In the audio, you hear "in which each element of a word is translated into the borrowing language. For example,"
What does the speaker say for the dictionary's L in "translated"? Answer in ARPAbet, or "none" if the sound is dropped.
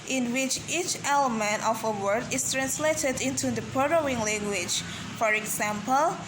L